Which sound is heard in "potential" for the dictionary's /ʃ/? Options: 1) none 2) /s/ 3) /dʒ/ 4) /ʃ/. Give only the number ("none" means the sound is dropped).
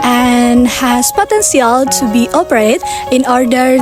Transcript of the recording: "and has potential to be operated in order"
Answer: 2